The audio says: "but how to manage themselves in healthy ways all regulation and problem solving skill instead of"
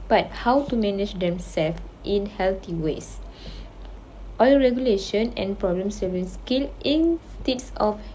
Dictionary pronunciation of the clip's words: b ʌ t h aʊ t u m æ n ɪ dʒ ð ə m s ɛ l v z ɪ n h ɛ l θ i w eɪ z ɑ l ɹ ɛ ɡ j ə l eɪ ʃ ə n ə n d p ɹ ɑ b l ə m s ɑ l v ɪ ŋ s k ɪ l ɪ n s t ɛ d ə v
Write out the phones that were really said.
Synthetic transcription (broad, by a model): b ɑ t h aʊ t u m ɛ n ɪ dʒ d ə m s ɛ l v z ɪ n h ɛ l t i w eɪ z ɑ l ɹ ɛ ɡ j ə l eɪ ʃ ə n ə n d p ɹ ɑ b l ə m s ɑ v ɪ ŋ s k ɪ l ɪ n s t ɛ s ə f